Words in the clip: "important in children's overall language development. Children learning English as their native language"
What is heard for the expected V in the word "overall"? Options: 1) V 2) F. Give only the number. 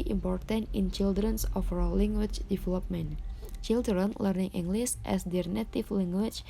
2